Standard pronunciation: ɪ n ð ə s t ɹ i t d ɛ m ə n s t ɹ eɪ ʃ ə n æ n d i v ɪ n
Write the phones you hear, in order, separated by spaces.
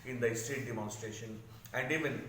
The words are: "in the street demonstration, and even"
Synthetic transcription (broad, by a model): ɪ n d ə s t ɛ t d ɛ m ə n s t ɹ eɪ ʃ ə n æ n d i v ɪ n